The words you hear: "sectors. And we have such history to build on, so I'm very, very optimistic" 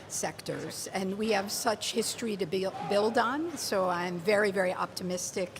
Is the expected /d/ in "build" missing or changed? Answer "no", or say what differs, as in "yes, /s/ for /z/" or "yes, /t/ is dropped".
no